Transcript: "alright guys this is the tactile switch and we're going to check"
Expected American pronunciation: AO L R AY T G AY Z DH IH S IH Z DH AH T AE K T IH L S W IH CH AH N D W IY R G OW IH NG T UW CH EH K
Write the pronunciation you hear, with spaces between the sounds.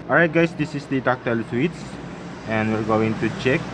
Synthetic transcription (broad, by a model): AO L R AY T G AY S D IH S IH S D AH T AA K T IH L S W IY S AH N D W IY R G OW IH NG T UW CH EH K